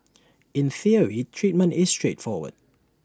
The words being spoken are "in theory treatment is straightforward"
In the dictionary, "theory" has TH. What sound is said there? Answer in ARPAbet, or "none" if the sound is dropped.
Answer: TH